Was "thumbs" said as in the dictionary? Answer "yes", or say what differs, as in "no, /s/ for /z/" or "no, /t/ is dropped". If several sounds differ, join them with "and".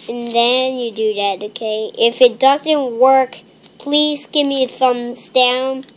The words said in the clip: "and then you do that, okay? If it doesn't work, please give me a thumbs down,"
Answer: yes